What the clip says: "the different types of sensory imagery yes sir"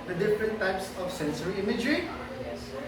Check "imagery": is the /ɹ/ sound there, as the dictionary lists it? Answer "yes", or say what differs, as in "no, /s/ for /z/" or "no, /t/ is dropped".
yes